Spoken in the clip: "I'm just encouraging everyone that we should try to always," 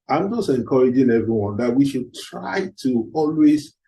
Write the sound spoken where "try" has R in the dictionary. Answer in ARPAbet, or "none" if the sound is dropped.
R